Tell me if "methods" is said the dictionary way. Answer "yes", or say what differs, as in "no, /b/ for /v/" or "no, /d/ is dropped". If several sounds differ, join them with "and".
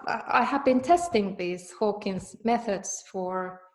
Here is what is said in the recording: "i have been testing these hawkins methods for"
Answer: yes